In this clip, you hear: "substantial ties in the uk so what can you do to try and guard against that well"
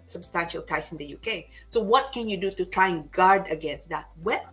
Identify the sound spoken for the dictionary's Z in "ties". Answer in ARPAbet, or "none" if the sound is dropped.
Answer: S